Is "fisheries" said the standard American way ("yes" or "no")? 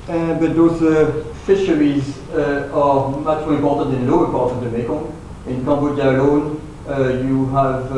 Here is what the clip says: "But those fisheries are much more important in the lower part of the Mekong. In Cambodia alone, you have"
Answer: yes